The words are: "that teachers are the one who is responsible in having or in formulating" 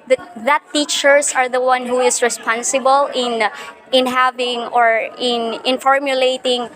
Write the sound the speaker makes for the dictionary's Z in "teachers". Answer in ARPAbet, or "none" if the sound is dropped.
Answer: S